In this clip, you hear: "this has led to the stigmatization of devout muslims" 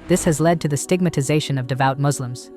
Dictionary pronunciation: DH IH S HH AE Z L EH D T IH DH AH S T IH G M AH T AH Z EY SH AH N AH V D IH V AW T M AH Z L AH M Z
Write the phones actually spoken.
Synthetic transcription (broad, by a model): DH IH S HH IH Z L EH D T IH DH AH S T IH G M AH T AH Z EY SH AH N AH V D IH V AW T M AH Z L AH M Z